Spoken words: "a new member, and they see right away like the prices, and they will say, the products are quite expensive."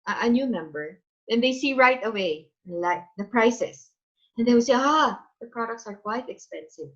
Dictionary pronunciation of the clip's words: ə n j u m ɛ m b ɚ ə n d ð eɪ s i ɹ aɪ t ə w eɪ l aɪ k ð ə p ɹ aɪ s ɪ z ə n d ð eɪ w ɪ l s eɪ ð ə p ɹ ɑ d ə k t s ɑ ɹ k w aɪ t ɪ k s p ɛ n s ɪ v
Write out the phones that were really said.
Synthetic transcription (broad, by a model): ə n j u m ɛ m b ɚ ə n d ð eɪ s i ɹ aɪ t ə w eɪ l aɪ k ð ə p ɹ aɪ s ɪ s ə n d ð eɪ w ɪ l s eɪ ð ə p ɹ ɑ d ə k t s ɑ ɹ k w aɪ t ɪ k s p ɛ n s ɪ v